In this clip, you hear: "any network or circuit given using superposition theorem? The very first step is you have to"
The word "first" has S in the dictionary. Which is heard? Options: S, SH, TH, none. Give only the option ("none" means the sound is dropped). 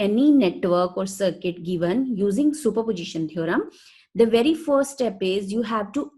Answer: none